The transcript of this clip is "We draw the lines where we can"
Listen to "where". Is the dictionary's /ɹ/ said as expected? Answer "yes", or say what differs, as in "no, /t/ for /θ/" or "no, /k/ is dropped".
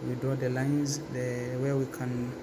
no, /w/ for /ɹ/